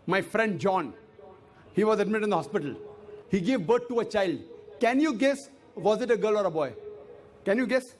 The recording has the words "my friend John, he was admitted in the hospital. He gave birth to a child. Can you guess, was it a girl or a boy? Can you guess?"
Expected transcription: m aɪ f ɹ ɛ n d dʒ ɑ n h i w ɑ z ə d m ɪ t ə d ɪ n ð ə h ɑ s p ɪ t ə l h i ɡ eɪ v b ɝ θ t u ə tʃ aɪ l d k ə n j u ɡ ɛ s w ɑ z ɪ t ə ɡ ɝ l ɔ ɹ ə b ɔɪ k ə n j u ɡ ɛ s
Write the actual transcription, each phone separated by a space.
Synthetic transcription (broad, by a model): m aɪ f ɹ ɛ n d dʒ ɑ n h i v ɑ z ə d m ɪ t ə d ɪ n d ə h ɑ s p ɪ t ə l h i ɡ eɪ v b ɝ t t u ə tʃ aɪ l d k ə n j u ɡ ɛ s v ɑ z ɪ t ə ɡ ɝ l ɔ ɹ ə b ɔɪ k ə n j u ɡ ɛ s